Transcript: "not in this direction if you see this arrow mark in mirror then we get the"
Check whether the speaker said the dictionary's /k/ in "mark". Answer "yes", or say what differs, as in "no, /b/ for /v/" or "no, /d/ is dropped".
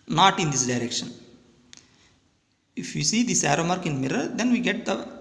yes